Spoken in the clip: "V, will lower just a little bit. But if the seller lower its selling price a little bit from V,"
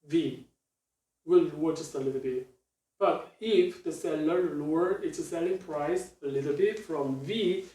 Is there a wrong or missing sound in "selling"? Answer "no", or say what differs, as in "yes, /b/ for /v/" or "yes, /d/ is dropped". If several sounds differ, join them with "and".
no